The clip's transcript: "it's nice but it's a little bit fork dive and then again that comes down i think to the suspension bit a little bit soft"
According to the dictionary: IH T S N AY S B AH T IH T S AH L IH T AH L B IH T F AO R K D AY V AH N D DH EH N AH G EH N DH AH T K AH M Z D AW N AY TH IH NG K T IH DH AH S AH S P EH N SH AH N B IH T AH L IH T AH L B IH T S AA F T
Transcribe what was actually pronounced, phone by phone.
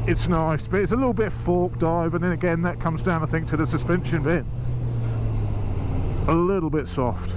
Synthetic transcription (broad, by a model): IH T S N AY S B AH T IH T S AH L IH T L B IH T F AO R K D AY V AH N DH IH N AH G EH N DH AH T K AH M Z D AW N AY TH IH NG K T IH DH AH S AH S P EH N SH AH N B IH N AH L IH T L B IH T S AA F T